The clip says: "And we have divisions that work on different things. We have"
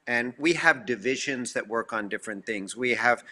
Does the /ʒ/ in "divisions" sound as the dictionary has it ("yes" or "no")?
yes